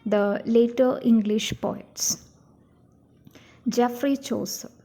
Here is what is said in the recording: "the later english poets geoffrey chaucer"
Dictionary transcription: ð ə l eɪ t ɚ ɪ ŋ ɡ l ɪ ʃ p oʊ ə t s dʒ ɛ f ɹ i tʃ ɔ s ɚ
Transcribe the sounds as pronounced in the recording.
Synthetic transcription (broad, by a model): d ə l eɪ t ɚ ɪ ŋ ɡ l ɪ ʃ p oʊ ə t s dʒ ɛ f ɹ i tʃ ɔ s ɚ